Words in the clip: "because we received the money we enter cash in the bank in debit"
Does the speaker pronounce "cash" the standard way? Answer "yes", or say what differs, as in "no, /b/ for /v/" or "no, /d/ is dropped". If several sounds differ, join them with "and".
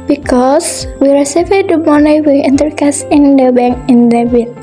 no, /s/ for /ʃ/